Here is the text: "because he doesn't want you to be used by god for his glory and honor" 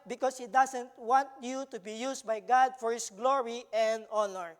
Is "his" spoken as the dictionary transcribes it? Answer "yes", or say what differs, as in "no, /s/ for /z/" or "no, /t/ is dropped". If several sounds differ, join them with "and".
no, /s/ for /z/